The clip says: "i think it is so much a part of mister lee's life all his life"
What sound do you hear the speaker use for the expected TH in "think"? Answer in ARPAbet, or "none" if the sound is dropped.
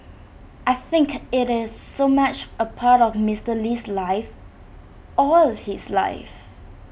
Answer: TH